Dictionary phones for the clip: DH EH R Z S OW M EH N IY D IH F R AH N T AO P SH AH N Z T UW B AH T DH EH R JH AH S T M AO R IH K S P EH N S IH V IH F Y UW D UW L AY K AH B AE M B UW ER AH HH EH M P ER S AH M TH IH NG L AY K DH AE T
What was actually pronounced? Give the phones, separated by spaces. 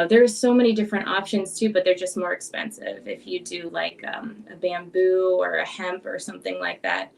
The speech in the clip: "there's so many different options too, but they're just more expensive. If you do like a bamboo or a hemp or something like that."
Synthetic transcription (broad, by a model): DH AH R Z S OW M EH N IY D IH F R AH N T AO P SH AH N Z T UW B AH T DH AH R JH AH S T M AO R IH K S P EH N S IH V IH F Y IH D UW L AY K AH B AE M B UW ER AH HH EH M P ER S AH M TH IH NG L AY K DH AE T